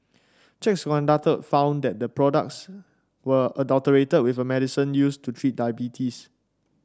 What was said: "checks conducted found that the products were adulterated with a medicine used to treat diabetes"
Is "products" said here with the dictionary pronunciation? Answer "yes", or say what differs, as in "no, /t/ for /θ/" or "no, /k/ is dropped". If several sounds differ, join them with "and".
yes